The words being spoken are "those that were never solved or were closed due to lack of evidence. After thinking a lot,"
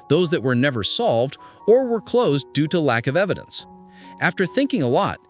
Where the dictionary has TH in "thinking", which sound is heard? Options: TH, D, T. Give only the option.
TH